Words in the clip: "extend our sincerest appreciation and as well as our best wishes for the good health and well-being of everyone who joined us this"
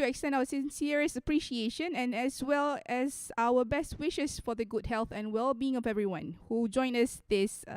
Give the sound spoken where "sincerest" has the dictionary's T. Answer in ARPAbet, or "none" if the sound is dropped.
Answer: none